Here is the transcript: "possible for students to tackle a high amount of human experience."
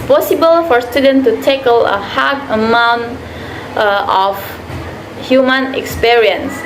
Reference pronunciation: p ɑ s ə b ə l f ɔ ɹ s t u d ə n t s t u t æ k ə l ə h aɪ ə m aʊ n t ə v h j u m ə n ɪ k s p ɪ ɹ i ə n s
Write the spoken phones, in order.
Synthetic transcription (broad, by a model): p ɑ s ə b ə l f ɔ ɹ s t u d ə n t t u t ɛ k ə l ə h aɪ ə m aʊ n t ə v h j u m ə n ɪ k s p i ɹ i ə n s